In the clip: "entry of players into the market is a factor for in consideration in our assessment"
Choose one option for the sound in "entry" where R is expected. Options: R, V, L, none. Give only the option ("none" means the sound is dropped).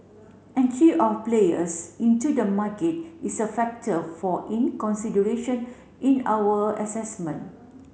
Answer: none